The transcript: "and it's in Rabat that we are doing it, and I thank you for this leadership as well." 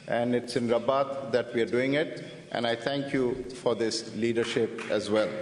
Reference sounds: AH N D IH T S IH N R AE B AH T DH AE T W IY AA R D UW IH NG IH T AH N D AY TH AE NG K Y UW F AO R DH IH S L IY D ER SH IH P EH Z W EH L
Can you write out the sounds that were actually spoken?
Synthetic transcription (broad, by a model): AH N D IH T S IH N R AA B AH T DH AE T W IY AA R D UW IH NG IH T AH N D AY T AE NG K Y UW F AO R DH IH S L IY D ER SH IH P EH Z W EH L